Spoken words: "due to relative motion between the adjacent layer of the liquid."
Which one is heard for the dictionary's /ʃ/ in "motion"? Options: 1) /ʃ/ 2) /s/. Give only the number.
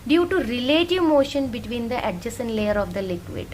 1